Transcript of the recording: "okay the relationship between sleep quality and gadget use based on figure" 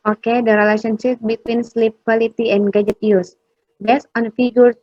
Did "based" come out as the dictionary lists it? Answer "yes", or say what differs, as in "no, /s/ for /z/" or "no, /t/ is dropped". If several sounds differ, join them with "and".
no, /t/ is dropped